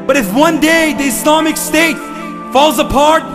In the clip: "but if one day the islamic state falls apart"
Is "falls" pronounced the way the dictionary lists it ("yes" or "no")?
yes